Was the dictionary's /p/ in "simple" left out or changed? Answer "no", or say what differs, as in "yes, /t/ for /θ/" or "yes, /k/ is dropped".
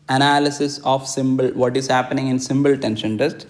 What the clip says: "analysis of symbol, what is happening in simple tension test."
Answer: yes, /b/ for /p/